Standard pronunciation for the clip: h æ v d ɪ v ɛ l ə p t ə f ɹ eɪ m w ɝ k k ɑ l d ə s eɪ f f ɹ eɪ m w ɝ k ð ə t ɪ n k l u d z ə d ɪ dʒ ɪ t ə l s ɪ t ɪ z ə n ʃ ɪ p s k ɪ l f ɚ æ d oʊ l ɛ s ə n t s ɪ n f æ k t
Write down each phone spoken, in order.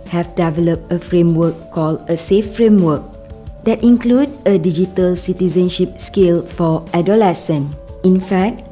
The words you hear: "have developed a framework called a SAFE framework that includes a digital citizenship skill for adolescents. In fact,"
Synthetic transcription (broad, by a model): h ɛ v d ɪ v ɛ l ə p t ə f ɹ eɪ m w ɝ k k ɑ l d ə s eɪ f f ɹ eɪ m w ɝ k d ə t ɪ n k l u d ə d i dʒ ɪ t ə l s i t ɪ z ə n ʃ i p s k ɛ l f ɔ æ d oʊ l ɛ s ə n ɪ n f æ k t